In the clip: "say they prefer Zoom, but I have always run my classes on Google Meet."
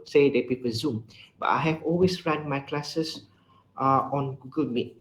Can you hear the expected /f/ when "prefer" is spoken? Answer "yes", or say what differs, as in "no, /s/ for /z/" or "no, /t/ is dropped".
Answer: no, /p/ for /f/